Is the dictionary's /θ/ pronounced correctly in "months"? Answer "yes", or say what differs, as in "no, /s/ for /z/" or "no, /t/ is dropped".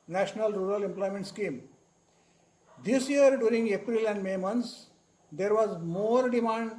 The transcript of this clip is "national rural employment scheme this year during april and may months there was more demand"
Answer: no, /t/ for /θ/